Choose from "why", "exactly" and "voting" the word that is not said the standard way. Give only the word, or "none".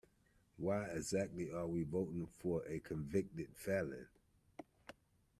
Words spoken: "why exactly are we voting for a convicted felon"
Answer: none